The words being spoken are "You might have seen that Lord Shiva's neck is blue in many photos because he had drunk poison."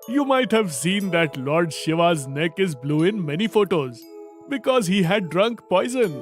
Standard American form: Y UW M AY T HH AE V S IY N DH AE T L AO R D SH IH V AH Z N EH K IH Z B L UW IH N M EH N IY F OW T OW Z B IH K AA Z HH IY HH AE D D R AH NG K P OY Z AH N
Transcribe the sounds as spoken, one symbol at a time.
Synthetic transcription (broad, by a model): Y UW M AY T HH AE V S IY N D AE T L AO R D SH IH V AH Z N EH K IH Z B L UW IH N M EH N IY F OW T OW Z B IH K AA Z HH IY HH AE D D R AH NG K P OY Z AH N